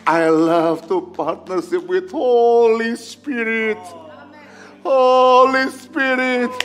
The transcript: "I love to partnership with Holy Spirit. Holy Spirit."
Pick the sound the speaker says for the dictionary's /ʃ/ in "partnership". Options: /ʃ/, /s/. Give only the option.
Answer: /s/